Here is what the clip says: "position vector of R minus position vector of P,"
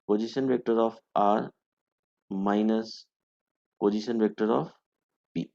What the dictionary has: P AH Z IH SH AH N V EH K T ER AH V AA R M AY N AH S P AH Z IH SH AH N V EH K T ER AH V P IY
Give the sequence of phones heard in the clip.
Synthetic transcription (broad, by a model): P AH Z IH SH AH N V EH K T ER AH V AA R M AY N AH S P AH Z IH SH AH N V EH K T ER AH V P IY